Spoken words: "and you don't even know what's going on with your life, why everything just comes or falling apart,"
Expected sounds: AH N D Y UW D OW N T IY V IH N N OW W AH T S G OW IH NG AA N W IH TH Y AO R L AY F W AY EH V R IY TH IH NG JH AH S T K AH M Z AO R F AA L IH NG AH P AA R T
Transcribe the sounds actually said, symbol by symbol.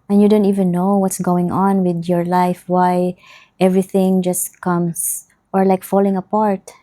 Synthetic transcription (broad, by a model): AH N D Y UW D OW N T IY V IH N N OW W AH T S G OW IH NG AA N W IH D Y AO R L AY F W AY EH V R IY TH IH NG JH AH S T K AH M S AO R F AA L IH NG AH P AA R T